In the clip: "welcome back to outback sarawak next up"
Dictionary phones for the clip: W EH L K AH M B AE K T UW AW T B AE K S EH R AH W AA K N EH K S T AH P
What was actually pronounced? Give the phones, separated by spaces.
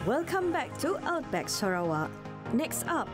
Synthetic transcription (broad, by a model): W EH L K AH M B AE K T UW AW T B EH K S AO R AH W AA N EH K S T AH P